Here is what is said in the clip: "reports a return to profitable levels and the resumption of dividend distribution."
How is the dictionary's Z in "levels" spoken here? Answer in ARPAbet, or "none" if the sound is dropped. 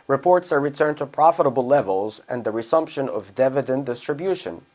Z